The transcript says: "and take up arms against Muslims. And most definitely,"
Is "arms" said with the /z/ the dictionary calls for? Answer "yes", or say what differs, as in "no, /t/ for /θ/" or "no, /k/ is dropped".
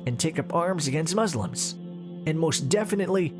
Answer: yes